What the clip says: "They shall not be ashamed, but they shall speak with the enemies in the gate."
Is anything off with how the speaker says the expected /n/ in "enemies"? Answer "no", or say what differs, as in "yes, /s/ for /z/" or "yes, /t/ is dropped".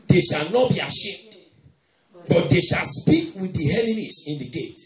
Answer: yes, /l/ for /n/